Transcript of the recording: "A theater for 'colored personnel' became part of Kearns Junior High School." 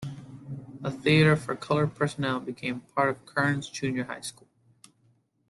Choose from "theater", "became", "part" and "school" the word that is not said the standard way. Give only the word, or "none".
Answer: none